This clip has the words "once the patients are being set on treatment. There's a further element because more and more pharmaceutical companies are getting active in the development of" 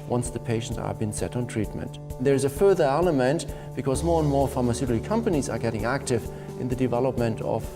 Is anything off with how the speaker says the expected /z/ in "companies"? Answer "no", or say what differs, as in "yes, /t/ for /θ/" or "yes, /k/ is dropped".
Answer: no